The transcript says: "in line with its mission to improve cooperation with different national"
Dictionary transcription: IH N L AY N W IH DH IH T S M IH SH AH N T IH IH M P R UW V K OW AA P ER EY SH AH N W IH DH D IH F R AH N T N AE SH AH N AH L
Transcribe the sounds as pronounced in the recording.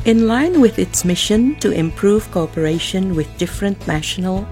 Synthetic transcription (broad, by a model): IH N L AY N W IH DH IH T S M IH SH AH N T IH IH M P R UW V K OW AA P ER EY SH AH N W IH DH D IH F R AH N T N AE SH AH N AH L